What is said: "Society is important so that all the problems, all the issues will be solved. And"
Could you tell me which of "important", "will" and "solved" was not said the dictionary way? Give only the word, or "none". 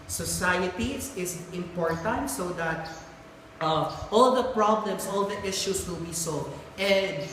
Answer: solved